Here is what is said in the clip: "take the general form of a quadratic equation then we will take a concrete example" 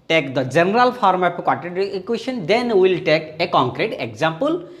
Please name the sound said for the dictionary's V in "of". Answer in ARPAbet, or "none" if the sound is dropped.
P